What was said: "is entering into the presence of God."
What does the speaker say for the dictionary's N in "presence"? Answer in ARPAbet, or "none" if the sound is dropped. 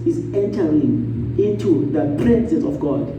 none